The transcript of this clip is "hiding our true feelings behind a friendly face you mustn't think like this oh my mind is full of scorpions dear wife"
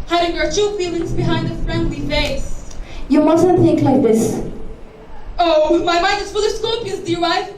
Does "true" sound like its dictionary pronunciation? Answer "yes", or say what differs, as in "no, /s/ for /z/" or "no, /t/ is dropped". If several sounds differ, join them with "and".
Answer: no, /ɹ/ is dropped